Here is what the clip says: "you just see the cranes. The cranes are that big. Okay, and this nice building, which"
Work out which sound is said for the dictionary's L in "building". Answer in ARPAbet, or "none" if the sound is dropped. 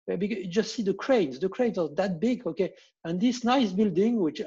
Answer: L